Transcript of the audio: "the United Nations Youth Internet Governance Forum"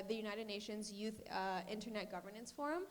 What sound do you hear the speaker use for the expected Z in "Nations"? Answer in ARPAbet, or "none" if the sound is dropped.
Z